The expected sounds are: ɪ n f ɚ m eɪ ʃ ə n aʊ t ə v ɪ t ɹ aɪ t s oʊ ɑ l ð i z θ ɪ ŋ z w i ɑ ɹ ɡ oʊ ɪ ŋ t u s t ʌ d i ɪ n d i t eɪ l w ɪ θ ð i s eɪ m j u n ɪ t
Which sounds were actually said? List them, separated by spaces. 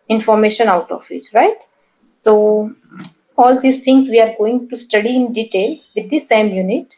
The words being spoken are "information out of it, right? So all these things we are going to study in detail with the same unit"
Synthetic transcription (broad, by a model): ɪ n f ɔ m eɪ ʃ ə n aʊ t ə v ɪ t ɹ aɪ t s oʊ ɑ l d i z t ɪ ŋ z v i ɑ ɹ ɡ oʊ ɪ ŋ t u s t ʌ d i ɪ n d i t eɪ l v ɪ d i s eɪ m j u n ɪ t